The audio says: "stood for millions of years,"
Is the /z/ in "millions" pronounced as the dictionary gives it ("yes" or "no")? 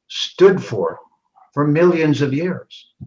yes